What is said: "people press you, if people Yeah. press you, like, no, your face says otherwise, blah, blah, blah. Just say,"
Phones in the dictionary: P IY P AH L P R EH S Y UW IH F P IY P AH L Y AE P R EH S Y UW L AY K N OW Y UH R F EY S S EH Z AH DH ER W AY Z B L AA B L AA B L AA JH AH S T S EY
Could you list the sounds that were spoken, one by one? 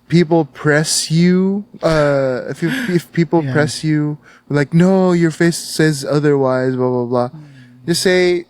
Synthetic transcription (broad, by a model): P IY P L P R EH S Y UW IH F F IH P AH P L P R EH S Y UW L AY K N OW Y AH R F EY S S EH Z AH DH ER W AY Z B L AA B L AA B L AA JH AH S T S EY